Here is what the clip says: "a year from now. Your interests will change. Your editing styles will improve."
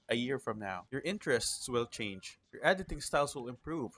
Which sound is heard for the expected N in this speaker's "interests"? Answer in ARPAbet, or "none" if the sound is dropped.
N